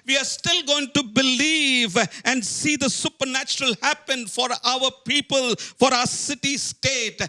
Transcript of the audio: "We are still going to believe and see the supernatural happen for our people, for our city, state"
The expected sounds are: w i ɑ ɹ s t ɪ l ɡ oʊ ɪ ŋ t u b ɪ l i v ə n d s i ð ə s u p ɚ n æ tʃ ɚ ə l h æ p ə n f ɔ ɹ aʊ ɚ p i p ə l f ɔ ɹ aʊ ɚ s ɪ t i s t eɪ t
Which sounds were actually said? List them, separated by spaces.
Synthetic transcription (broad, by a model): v i ɑ ɹ s t ɪ l ɡ oʊ ɪ ŋ t u b ɪ l i v ə n d s i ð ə s u p ɚ n æ tʃ ɚ ə l h æ p ə n f ɔ ɹ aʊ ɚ p i p ə l f ɔ ɹ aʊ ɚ s ɪ t i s t eɪ t